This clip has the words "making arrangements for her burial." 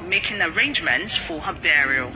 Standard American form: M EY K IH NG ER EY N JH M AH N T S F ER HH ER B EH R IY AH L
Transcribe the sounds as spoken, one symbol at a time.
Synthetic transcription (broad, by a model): M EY K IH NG ER EY N JH M AH N T S F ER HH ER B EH R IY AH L